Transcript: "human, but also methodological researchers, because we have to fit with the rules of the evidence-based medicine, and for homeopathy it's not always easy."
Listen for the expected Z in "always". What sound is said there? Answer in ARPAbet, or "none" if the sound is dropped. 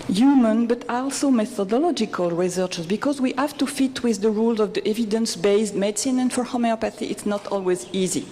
Z